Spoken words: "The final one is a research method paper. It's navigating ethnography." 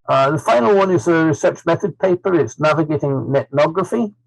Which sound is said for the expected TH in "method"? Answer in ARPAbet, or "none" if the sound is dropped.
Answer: TH